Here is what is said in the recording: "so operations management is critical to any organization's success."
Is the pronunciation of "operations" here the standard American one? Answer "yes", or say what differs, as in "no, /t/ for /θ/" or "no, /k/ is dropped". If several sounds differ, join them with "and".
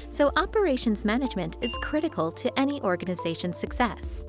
yes